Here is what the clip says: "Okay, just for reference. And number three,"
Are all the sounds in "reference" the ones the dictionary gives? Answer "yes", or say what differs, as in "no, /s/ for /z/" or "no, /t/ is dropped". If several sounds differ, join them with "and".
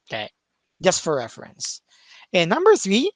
yes